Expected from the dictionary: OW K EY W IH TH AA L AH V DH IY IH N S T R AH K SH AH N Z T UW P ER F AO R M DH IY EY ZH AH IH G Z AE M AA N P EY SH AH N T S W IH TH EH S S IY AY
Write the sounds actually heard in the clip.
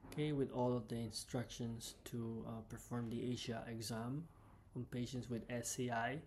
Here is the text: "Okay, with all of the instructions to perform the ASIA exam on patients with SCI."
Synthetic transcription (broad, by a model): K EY W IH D AA L AH V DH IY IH N S T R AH K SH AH N S T UW P ER F AO R M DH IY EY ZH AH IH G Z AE M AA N P EY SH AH N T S W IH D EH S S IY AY